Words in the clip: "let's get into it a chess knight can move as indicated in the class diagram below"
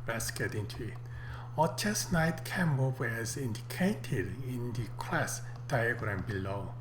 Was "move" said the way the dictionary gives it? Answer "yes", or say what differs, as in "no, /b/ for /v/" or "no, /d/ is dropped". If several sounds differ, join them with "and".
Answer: no, /w/ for /v/